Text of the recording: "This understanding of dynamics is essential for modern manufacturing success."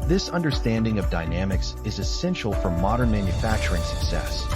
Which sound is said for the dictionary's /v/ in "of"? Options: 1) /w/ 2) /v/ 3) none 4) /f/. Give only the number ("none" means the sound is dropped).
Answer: 2